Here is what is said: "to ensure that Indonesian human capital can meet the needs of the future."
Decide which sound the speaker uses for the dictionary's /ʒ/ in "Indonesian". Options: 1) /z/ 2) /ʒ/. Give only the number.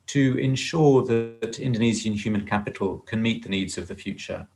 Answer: 1